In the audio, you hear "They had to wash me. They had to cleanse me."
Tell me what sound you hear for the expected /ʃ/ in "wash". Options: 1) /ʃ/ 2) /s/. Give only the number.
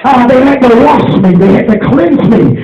2